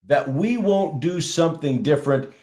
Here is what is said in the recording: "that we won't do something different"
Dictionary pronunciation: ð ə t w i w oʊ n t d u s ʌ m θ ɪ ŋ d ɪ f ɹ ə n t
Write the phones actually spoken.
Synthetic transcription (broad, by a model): ð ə t w i w oʊ n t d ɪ s ʌ m θ ɪ ŋ d ɪ f ɹ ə n t